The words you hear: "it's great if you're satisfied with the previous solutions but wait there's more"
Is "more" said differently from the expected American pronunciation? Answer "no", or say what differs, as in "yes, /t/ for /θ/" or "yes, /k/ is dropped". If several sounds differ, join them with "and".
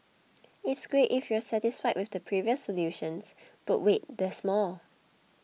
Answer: yes, /l/ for /ɹ/